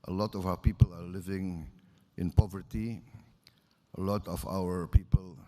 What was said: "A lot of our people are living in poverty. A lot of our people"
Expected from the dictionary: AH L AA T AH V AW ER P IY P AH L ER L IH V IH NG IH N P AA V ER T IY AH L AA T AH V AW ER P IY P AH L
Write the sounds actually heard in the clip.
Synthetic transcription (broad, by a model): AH L AA T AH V AW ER P IY P AH L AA L IH V IH NG IH N P AA V ER T IY AH L AA T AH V AW ER P IY P AH L